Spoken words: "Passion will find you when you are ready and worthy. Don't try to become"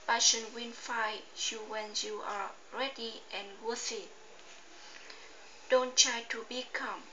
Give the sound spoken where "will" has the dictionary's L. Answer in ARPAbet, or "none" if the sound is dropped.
N